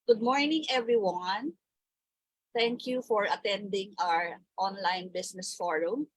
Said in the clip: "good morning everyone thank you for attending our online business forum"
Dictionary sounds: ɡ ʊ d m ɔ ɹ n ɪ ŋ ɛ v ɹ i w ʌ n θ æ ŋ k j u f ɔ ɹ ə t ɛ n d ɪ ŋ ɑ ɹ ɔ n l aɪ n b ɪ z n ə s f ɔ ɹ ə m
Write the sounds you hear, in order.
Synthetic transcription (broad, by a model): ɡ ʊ d m ɔ ɹ n ɪ ŋ ɛ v ɹ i w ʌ n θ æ ŋ k j u f ɔ ɹ ə t ɛ n d ɪ ŋ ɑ ɹ ɔ n l aɪ n b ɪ s n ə s f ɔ ɹ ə m